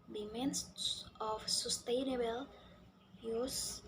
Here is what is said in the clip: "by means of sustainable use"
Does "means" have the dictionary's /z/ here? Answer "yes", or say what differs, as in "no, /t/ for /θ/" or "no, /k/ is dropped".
no, /s/ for /z/